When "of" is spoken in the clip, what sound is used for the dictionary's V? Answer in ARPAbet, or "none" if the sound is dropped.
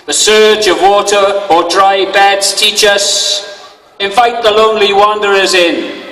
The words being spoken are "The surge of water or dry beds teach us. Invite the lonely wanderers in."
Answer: V